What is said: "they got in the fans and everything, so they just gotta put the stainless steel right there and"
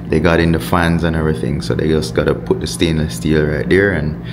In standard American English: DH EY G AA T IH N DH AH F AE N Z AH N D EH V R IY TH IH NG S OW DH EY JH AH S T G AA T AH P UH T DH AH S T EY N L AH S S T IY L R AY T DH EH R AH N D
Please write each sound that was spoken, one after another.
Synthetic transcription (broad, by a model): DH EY G AA T IH N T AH F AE N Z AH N EH V R IY TH IH NG S OW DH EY JH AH S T G AA T AH P UH T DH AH S T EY N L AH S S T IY L R AY T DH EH R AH N